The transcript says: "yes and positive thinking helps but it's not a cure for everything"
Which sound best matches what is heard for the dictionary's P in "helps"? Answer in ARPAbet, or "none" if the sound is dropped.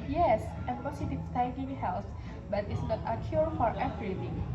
none